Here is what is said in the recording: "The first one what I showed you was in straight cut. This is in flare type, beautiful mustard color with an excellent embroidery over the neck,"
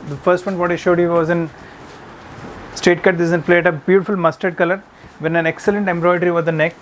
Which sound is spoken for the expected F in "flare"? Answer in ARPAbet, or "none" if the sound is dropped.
P